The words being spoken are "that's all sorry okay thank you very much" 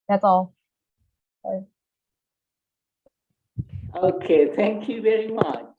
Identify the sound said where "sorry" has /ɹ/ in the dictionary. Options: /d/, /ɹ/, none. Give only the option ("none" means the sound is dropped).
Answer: none